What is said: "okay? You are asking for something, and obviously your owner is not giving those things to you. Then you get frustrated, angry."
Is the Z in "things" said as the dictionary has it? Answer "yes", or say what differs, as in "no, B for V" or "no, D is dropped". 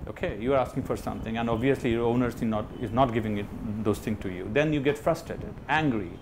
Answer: no, Z is dropped